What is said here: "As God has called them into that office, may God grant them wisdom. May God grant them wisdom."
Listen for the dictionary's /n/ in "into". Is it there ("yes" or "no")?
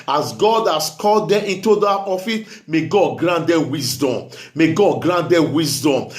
yes